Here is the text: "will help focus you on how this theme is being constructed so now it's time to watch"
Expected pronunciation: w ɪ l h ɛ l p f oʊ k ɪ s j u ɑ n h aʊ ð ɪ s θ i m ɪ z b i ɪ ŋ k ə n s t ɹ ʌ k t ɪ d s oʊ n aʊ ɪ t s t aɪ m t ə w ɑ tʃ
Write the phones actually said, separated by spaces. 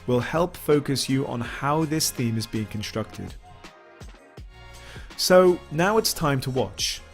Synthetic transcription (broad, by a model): w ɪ l h ɛ l p f oʊ k ɪ s j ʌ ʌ n h aʊ ð ɪ s θ i m ɪ z b i ɪ ŋ k ə n s t ɹ ʌ k t ɪ d s oʊ n aʊ ɪ t s t aɪ m t ə w ɑ tʃ